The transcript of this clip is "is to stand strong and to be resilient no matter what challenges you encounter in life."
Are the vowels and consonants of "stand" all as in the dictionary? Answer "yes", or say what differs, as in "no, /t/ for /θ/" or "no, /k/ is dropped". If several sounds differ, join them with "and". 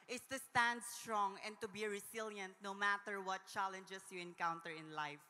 yes